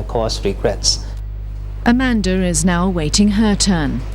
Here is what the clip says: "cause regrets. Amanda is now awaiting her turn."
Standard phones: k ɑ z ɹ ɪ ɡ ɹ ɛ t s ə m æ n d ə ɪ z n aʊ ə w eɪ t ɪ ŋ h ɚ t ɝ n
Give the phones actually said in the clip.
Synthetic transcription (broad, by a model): k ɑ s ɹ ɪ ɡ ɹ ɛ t s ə m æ n d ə ɪ z n aʊ ə w eɪ t ɪ ŋ h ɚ t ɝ n